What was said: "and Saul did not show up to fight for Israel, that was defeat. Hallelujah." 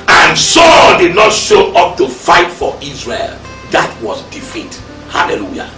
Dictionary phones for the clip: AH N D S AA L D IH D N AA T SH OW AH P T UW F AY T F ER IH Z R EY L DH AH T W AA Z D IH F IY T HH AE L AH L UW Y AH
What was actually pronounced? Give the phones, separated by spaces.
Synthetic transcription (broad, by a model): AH N S AA L D IH D N AA T SH OW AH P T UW F AY T F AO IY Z R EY L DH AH T W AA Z D IH F IY T HH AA L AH L UW Y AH